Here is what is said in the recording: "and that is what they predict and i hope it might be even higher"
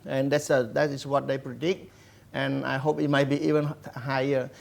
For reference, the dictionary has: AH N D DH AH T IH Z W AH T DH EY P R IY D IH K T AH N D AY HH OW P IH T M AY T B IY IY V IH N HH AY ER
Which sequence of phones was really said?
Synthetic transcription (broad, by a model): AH N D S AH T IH S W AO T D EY P R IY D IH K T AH N AY HH OW P IH T M AY T B IY IY V IH N HH AY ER